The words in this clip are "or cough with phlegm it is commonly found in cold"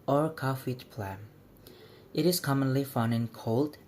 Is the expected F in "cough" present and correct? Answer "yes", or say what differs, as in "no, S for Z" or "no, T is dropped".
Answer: yes